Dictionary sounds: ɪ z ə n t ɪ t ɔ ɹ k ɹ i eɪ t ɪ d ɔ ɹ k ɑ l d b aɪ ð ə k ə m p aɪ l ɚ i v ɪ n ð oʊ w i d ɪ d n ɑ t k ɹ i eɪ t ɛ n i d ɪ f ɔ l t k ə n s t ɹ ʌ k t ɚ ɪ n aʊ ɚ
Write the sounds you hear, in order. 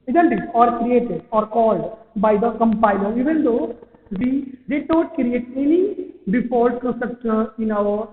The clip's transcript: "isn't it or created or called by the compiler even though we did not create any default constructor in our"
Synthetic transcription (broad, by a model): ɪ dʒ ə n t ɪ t ɔ ɹ k ɹ i eɪ t ɪ d ɔ ɹ k ɑ l d b aɪ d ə k ə m p aɪ l ɚ i v ɪ n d oʊ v i d ɪ d n ɑ t k ɹ i eɪ t ɛ n i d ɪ p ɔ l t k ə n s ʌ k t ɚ ɪ n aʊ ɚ